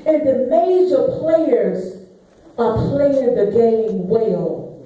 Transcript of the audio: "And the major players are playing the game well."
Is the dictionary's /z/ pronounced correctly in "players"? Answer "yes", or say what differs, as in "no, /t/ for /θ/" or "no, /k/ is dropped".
yes